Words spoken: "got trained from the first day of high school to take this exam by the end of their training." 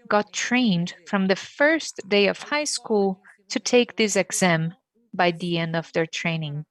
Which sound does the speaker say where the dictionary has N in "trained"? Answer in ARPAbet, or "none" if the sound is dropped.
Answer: N